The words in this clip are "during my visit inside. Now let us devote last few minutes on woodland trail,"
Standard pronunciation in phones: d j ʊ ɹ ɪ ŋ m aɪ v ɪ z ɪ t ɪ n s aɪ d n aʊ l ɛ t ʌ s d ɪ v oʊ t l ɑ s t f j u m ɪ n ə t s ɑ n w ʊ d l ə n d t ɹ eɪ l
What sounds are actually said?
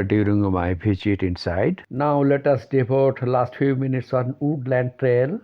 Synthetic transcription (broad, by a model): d j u ɹ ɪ ŋ m aɪ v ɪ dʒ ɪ t ɪ n s aɪ d n aʊ l ɛ t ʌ s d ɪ p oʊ t l ɑ s t f j u m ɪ n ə t s ɑ n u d l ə n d t ɹ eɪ l